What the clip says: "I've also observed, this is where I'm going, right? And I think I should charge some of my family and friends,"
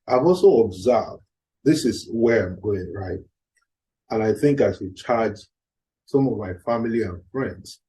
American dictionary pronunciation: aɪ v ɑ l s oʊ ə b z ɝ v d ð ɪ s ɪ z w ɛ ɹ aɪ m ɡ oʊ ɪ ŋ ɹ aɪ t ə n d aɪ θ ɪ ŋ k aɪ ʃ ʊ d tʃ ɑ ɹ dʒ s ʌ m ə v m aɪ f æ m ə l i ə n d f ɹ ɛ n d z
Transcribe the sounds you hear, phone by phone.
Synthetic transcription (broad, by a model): aɪ v ɑ l s oʊ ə b z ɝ v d ð ɪ s ɪ z w ɛ ɹ aɪ m ɡ oʊ ɪ ŋ ɹ aɪ t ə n aɪ θ ɪ ŋ k aɪ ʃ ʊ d tʃ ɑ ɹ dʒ s ʌ m ə v m aɪ f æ m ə l i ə n f ɹ ɛ n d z